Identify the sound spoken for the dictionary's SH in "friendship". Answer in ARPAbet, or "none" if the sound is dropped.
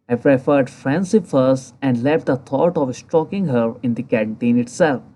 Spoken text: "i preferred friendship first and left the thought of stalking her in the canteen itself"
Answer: S